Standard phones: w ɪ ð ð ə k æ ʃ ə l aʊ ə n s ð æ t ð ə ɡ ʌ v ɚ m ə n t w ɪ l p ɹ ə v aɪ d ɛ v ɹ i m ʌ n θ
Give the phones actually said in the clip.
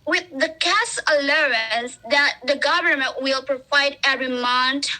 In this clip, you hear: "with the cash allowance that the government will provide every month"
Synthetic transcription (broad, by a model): w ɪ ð ð ə k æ s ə l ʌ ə n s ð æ t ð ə ɡ ʌ v ɚ m ə n t w ɪ l p ɹ ə v aɪ d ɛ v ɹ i m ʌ n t